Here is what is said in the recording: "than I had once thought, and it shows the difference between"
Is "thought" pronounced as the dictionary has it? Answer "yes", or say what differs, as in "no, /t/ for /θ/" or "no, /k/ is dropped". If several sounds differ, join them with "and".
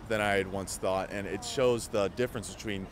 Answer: yes